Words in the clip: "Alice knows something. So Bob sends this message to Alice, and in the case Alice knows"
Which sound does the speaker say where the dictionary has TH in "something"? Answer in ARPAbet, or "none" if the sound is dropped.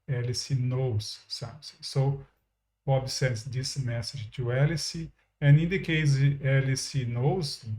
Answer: S